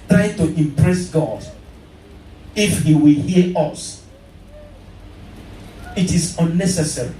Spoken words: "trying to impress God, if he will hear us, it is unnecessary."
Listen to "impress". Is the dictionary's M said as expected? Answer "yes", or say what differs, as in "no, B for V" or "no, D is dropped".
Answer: yes